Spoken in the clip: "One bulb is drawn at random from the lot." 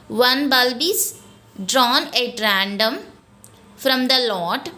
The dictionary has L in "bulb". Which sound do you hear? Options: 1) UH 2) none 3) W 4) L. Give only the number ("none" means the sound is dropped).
4